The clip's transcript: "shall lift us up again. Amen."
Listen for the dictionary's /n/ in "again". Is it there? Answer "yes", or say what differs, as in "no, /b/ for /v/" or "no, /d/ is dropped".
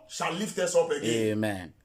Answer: no, /n/ is dropped